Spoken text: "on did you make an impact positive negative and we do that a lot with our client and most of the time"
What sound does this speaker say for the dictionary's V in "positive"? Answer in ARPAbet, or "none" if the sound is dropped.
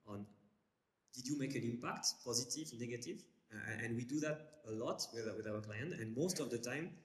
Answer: V